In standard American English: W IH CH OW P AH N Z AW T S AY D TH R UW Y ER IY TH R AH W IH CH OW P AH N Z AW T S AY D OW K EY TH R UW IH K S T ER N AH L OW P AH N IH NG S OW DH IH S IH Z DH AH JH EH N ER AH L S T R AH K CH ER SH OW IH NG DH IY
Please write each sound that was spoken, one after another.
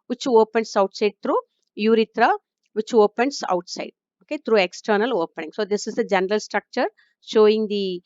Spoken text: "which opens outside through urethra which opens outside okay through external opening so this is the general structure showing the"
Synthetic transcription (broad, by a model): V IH CH OW P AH N S AW T S AY D T R UW Y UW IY T R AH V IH CH OW P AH N S AW T S AY D OW K EY T R UW IH K S T ER N AH L OW P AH N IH NG S OW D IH S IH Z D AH JH EH N ER AH L S T R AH K CH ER SH OW IH NG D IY